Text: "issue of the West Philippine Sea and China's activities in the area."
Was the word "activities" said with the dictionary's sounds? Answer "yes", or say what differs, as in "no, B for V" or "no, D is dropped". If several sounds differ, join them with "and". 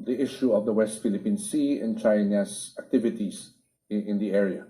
no, S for Z